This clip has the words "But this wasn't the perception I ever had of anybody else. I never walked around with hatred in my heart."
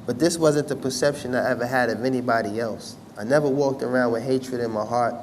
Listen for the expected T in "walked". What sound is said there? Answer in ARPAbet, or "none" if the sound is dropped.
T